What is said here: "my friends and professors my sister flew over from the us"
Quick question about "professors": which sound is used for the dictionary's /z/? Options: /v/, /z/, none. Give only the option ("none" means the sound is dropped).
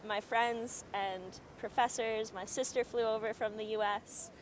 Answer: /z/